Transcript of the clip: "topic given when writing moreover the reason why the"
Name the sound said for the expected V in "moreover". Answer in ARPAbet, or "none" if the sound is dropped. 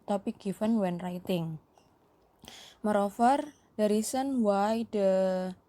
F